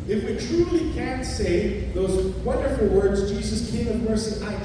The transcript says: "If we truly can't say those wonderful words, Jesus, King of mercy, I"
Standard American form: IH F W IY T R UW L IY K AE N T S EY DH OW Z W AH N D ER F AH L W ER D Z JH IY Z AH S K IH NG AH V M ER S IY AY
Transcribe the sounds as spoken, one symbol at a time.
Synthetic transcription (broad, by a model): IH F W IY T R UW L IY K AE N T S EY DH OW Z W AH N D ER F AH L W ER D Z JH IY Z AH S K IH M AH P ER S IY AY